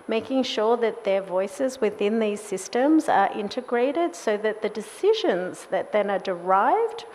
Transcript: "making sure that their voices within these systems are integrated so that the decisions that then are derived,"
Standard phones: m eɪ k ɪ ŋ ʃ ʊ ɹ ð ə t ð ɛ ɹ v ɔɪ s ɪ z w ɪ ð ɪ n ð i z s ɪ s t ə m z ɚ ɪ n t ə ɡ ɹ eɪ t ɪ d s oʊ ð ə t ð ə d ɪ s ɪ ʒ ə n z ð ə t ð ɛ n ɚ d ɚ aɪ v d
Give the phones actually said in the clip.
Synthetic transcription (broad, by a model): m eɪ k ɪ ŋ ʃ ʊ ɹ ð ə t ð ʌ ɹ v ɔɪ s ɪ z w ɪ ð ɪ n ð i z s ɪ s t ə m z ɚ ɪ n t ə ɡ ɹ eɪ t ɪ d s oʊ ð ə t ð ə d ɪ s ɪ ʒ ə n z ð ə t ð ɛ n ɚ d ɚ aɪ v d